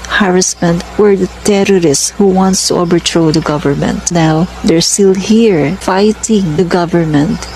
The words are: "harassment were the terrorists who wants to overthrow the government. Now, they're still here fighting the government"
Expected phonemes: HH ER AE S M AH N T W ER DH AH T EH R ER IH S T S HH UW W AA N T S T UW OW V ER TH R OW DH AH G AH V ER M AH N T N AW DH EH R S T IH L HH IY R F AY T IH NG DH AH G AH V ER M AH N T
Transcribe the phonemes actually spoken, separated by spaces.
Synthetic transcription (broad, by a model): HH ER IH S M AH N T W ER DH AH T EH R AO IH S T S HH UW W AA N T S T UW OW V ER T R OW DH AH G AH V ER M AH N T N AW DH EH R S T IH L HH IY R F AY T IH NG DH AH G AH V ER M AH N T